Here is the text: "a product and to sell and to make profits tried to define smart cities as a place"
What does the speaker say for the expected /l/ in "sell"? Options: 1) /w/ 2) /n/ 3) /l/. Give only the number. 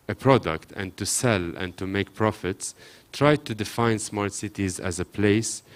3